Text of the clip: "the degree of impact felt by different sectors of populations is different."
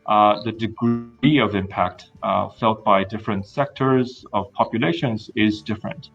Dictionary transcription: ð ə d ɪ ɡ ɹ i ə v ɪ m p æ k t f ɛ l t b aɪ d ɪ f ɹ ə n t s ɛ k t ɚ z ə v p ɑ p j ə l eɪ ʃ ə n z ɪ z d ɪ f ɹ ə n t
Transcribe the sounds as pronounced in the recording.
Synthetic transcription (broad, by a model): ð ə d ɪ ɡ ɹ i ə v ɪ m p æ k t f ɛ l t b aɪ d ɪ f ɹ ə n t s ɛ k t ɚ z ə v p ɑ p j ə l eɪ ʃ ə n z ɪ z d ɪ f ɹ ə n t